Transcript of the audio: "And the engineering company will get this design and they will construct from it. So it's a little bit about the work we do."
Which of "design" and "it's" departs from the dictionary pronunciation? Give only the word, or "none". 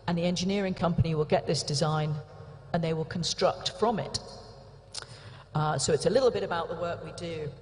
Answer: none